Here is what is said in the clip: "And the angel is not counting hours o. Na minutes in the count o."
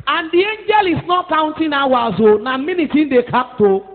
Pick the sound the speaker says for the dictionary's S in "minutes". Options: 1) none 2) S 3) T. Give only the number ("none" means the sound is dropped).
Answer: 1